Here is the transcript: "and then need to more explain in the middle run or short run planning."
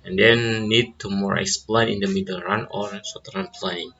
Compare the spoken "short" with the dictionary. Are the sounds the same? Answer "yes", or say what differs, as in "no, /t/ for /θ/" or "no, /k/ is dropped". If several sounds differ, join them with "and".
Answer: no, /s/ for /ʃ/